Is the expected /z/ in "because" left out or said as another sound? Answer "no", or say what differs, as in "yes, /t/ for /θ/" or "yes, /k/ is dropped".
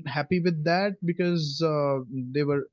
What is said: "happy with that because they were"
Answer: no